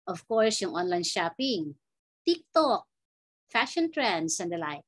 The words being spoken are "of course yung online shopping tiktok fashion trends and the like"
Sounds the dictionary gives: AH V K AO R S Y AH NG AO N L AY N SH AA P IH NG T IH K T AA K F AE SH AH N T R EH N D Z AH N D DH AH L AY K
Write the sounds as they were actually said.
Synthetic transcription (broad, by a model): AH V K AO R S Y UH NG AO N L AY N SH AA P IH NG T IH K T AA K F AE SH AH N T R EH N D S AH N D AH L AY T